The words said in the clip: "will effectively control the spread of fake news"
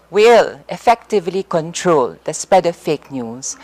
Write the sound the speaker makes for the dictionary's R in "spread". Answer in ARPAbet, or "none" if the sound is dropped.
none